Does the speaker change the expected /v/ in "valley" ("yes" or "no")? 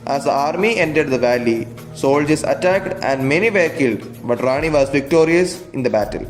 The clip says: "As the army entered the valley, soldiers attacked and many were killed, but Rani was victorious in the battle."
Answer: no